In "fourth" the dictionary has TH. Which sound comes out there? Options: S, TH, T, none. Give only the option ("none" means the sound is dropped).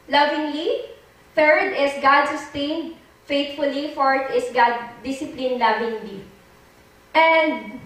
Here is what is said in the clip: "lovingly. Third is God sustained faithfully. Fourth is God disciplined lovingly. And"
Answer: T